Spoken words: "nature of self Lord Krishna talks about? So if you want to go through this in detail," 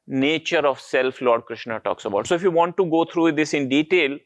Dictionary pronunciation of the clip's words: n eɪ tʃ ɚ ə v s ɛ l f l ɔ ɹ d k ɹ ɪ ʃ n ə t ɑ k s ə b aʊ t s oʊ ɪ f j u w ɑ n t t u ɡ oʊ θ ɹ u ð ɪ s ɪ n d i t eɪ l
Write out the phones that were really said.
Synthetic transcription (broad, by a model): n eɪ tʃ ɚ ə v s ɛ l f l ɔ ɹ d k ɹ ɪ ʃ n ə t ɑ k s ə b aʊ t s oʊ ɪ f j u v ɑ n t t u ɡ oʊ t ɹ u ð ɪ s ɪ n d i t eɪ l